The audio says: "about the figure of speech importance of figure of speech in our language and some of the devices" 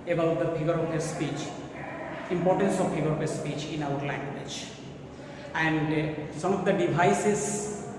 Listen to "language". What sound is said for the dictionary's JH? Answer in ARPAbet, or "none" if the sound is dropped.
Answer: JH